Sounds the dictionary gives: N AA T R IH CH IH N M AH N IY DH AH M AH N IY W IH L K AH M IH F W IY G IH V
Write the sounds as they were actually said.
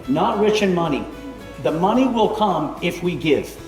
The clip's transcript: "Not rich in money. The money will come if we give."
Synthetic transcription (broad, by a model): N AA T R IH CH IH N M AH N IY DH AH M AH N IY W IH L K AH M IH F W IY G IH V